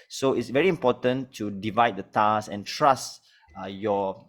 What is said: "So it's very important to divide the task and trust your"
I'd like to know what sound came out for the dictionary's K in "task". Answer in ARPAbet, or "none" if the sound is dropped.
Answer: none